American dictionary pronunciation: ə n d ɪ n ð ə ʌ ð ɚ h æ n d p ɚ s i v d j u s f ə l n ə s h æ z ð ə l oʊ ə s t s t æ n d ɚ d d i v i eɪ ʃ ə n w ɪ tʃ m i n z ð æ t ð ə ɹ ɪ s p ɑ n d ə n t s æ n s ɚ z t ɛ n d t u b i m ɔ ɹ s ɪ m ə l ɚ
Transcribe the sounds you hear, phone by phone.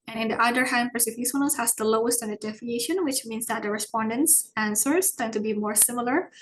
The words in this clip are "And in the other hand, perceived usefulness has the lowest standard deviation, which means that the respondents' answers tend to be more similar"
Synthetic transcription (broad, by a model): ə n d ɪ n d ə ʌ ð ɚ h æ n d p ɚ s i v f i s ə n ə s h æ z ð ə l oʊ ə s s t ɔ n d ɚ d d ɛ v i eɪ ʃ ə n w ɪ tʃ m i n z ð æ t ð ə ɹ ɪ s p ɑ n d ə n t s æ n s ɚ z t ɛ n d t u b i m ɔ ɹ s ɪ m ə l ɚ